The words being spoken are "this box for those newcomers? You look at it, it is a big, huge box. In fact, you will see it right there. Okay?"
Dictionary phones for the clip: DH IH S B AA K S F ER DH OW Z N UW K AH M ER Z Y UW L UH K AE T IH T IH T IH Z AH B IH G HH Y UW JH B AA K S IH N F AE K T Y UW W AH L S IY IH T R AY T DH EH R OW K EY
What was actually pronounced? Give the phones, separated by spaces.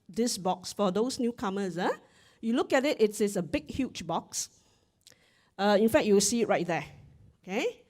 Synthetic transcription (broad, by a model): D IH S B AA K S F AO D OW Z N UW K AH M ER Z Y UW L UH K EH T IH T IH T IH S AH B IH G HH Y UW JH B AA K S IH N F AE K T Y UW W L S IY IH T R AY T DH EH OW K EY